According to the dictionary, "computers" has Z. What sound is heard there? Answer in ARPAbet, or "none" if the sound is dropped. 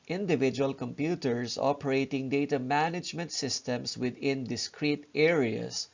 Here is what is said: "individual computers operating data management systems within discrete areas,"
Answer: S